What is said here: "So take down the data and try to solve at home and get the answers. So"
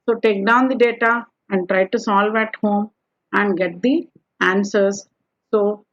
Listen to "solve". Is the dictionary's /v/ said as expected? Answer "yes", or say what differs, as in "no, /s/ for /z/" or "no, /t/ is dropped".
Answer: yes